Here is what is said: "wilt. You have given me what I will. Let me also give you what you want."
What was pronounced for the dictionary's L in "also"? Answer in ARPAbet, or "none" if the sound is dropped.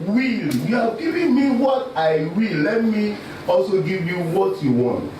L